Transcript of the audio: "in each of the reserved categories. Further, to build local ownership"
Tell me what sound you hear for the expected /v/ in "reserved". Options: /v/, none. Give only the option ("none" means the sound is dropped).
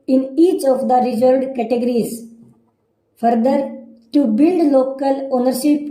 none